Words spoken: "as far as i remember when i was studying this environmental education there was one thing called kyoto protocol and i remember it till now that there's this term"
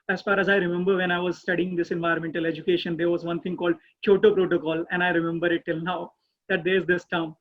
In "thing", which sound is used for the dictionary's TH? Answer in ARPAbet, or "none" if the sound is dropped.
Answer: T